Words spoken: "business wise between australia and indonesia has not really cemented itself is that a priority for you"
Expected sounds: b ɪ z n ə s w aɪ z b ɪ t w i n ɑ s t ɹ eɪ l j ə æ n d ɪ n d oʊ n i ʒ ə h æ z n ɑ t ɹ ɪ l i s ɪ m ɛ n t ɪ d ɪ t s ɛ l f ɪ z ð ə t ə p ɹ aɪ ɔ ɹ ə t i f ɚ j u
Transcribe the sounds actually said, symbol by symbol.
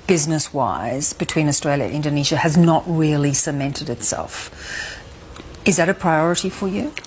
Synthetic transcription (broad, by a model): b ɪ z n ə s w aɪ z b ɪ t w i n ɑ s t ɹ eɪ l j ə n ɪ n d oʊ n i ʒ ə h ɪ z n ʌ t ɹ ɪ l i s ɪ m ɛ n t ɪ d ɪ t s ɛ l f ɪ z ð ə t ə p ɹ aɪ ɔ ɹ ə t i f ɚ j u